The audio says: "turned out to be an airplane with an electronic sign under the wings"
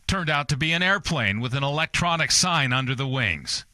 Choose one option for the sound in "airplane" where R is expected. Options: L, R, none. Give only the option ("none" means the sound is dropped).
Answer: R